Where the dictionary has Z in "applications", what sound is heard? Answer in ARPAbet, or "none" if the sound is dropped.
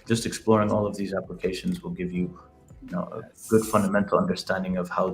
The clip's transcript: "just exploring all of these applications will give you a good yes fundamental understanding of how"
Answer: Z